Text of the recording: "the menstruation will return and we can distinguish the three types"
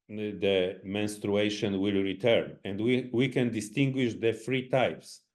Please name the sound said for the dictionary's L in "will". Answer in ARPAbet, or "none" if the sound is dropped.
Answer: L